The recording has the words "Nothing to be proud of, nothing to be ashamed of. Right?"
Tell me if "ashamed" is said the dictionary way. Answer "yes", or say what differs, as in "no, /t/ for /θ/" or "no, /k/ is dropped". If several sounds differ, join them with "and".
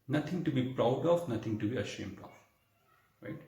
yes